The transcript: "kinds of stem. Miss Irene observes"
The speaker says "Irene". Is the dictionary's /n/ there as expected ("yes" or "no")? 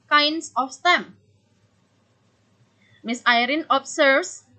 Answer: yes